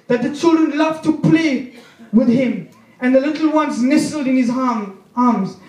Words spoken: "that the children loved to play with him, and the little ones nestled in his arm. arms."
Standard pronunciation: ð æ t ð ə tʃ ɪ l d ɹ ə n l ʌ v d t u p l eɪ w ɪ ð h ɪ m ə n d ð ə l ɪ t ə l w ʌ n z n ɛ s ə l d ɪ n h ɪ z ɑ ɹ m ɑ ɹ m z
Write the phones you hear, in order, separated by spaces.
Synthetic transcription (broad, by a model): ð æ t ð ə tʃ ɪ l d ɹ ə n l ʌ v t u p l eɪ w ɪ ð h ɪ m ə n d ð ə l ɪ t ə l w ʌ n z n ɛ s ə l d ɪ n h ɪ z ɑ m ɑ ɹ m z